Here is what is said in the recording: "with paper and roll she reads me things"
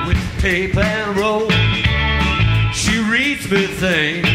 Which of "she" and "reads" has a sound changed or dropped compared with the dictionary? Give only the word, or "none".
none